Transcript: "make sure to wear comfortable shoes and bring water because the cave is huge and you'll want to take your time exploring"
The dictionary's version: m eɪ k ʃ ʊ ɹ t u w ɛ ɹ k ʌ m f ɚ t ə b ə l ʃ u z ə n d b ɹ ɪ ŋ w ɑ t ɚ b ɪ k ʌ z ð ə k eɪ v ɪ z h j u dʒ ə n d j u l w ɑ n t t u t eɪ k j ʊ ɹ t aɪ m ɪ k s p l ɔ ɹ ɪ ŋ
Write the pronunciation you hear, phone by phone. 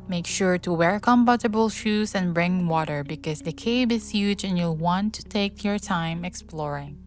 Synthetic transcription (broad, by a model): m eɪ k ʃ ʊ ɹ t u w ɛ ɹ k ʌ m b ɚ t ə b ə l ʃ u z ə n b ɹ ɪ ŋ w ɑ t ɚ b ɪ k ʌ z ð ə k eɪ b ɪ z h j u dʒ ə n j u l w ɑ n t t u t eɪ k j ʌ ɹ t aɪ m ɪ k s p l ɔ ɹ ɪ ŋ